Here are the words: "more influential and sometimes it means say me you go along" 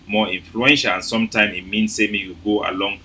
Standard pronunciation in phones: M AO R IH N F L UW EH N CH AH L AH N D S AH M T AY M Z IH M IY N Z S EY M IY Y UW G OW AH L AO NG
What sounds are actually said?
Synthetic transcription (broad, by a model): M AO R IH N F L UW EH N SH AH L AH N S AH M T AY M IH M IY N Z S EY M IY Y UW G OW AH L AO NG